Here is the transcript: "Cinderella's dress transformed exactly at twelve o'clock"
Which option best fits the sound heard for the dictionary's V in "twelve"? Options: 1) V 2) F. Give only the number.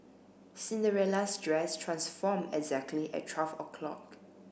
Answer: 2